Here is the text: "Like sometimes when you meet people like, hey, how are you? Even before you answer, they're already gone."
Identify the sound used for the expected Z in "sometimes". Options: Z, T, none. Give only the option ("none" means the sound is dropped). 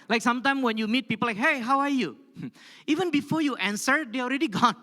none